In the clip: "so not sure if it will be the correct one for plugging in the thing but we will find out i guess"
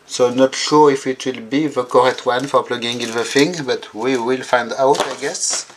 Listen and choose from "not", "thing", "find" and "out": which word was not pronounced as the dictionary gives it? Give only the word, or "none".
thing